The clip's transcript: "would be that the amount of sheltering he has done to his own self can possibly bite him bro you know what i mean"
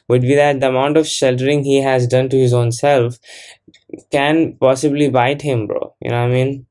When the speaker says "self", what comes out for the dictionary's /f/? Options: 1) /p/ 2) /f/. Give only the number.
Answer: 2